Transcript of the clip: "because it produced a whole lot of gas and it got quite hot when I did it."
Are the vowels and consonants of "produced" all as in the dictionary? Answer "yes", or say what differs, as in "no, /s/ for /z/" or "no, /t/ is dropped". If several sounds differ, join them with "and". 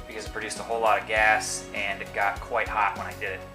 yes